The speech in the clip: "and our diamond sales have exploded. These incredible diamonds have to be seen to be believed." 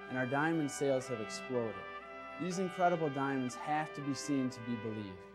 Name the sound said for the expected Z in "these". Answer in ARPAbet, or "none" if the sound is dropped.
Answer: Z